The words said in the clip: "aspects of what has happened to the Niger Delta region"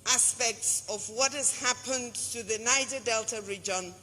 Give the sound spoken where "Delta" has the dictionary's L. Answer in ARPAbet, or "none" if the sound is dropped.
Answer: L